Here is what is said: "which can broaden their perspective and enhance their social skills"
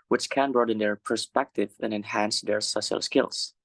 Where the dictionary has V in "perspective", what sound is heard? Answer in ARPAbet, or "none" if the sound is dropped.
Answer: V